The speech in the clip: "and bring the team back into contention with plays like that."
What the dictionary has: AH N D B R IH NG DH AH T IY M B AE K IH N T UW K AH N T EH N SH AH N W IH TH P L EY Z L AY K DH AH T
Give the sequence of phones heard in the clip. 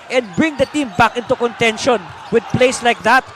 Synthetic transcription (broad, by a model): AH N D B R IH NG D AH T IY M B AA K IH N T UW K AH N T EH N SH AH N W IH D P L EY S L AY K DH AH T